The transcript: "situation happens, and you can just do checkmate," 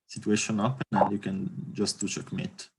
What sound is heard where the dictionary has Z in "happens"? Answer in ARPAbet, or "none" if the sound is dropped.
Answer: none